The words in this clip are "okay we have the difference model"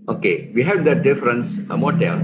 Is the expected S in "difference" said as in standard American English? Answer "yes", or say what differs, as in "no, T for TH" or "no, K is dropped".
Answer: yes